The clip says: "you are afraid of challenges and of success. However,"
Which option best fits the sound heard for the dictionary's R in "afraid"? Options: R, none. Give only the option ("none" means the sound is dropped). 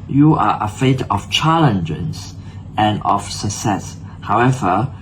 none